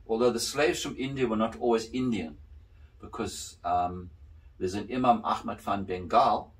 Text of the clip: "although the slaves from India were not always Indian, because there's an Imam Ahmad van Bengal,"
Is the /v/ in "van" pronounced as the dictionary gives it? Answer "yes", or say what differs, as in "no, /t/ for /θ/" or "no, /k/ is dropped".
no, /f/ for /v/